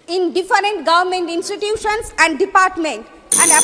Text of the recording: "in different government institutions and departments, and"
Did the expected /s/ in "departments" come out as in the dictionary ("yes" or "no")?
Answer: no